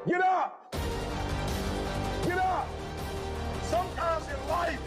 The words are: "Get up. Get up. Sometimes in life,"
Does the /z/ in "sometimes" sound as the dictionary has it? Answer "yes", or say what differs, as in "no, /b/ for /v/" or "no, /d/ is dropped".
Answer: yes